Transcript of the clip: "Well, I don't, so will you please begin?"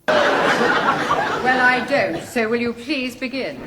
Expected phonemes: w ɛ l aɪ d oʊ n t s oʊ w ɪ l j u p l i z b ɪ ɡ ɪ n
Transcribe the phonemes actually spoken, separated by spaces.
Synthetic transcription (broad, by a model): w ɛ l aɪ d oʊ n t s oʊ w ɪ l j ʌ p l i z b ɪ ɡ ɪ n